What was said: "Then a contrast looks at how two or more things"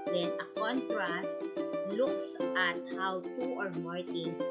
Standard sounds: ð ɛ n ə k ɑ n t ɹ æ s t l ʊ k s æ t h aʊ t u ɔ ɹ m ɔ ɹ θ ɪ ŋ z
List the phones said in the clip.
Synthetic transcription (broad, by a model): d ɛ n ə k ɑ n t ɹ æ s t l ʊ k s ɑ t h aʊ t u ɔ ɹ m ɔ ɹ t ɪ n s